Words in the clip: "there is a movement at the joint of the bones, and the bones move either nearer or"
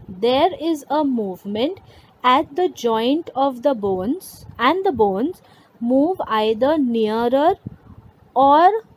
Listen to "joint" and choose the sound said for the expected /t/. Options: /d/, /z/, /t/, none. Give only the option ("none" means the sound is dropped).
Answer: /t/